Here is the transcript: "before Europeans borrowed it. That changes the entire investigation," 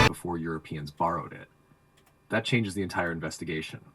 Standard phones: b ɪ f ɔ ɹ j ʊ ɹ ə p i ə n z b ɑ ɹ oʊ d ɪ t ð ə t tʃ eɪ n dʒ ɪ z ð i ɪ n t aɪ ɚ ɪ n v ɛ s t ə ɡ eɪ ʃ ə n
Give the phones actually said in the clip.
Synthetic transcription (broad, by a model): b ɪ f ɔ ɹ j ʊ ɹ ə p i ə n z b ɑ ɹ oʊ d ɪ t ð ə t tʃ eɪ n dʒ ɪ z ð i ɪ n t aɪ ɚ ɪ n v ɛ s t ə ɡ eɪ ʃ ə n